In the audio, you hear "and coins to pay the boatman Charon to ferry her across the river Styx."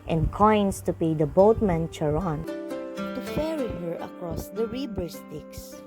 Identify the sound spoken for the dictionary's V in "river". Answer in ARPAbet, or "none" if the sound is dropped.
B